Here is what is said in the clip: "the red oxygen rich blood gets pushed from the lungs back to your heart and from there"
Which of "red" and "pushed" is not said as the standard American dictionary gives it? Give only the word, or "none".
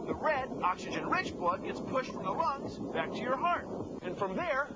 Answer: none